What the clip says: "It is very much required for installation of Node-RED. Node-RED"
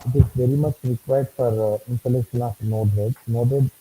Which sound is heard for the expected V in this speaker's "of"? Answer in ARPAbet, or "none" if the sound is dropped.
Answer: F